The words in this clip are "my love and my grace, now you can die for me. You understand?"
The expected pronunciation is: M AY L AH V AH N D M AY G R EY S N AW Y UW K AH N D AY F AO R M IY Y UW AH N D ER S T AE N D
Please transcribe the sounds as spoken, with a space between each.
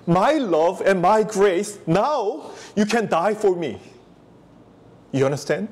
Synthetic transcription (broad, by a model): M AY L AH V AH N M AY G R EY S N AW Y UW K AH N D AY F AO R M IY Y UW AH N D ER S T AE N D